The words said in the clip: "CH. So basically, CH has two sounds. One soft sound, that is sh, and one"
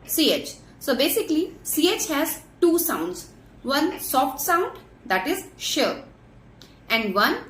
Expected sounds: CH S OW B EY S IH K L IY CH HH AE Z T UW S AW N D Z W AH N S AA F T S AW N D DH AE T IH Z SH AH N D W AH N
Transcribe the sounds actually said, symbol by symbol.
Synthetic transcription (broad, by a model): CH S OW B EY S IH K L IY CH HH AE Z T UW S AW N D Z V AH N S AA F T S AW N D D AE T IH Z SH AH N D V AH N